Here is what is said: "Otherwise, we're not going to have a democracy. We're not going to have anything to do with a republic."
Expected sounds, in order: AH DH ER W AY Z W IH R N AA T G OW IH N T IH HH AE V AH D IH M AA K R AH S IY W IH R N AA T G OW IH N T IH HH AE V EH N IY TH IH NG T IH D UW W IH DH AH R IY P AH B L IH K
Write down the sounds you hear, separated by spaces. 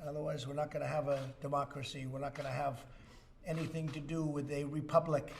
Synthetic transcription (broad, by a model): AH DH ER W AY Z W IH R N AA T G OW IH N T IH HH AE V AH D IH M AA K R AH S IY W IH R N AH T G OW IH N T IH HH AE V EH N IY TH IH NG T IH D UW W IH DH AH R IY P AH B L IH K